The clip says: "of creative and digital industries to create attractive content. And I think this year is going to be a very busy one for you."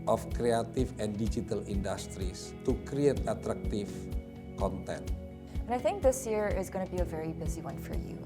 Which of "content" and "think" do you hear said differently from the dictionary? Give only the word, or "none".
none